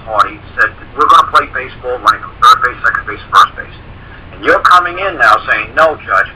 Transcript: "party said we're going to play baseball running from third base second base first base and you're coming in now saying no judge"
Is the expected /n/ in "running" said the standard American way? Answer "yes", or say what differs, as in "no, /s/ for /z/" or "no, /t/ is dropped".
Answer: no, /n/ is dropped